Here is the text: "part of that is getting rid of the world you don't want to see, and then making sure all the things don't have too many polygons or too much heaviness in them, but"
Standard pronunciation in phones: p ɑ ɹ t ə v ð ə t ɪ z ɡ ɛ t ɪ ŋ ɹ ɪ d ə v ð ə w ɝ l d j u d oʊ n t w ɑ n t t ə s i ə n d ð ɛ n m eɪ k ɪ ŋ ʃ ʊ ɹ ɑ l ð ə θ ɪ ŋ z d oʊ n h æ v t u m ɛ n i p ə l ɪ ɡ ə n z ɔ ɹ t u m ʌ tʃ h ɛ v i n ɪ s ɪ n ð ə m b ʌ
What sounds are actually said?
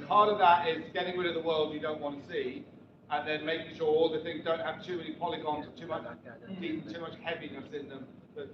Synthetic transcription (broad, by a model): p ɑ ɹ t ə v ð ə t ɪ z ɡ ɛ t ɪ ŋ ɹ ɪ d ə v ð ə w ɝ l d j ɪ d oʊ n t w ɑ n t t ə s i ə n ð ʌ n m eɪ k ɪ ŋ ʃ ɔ ɹ ɑ l ð ə θ ɪ ŋ z d oʊ n h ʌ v t u m ɛ n i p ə l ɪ ɡ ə n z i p t u m ʌ tʃ h ɛ v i n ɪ s ɪ n ð ə m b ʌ